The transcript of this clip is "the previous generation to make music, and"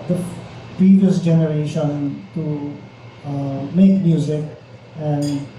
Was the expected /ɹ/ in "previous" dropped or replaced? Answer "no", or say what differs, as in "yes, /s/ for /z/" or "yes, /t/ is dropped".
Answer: yes, /ɹ/ is dropped